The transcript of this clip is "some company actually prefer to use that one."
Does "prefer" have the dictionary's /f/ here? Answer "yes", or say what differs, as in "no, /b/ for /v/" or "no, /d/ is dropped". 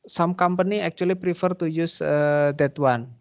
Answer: yes